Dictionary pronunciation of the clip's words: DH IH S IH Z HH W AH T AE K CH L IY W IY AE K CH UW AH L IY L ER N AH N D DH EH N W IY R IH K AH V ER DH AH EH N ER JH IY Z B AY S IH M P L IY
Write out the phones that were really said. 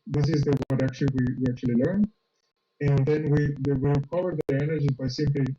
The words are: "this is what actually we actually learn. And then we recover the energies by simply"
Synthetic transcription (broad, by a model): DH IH S IH Z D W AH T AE K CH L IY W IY AE K CH UW AH L IY L ER N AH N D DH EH N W IY W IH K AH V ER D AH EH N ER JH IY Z B AY S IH M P L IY